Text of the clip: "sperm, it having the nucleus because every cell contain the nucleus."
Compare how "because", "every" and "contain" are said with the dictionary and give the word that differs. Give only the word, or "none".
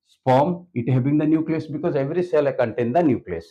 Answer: none